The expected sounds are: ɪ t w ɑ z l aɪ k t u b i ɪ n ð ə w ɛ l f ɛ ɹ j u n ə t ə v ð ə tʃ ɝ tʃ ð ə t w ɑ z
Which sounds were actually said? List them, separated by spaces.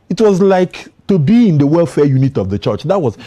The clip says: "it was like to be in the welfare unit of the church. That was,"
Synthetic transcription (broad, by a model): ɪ t w ɑ z l aɪ k t u b i ɪ n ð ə w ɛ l f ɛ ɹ j u n ə t ə v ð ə tʃ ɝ tʃ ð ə t w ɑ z